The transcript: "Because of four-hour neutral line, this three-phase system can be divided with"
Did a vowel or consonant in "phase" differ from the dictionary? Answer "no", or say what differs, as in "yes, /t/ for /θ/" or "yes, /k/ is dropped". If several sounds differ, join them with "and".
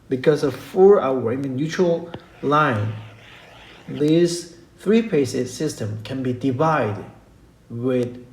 yes, /p/ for /f/